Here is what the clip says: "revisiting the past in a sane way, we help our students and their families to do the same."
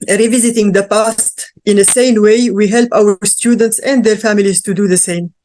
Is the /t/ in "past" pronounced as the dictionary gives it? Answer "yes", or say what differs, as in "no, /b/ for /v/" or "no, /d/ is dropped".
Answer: yes